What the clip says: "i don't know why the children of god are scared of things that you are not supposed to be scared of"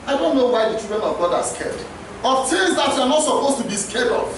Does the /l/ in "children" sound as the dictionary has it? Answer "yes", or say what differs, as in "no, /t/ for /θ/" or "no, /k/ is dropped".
no, /l/ is dropped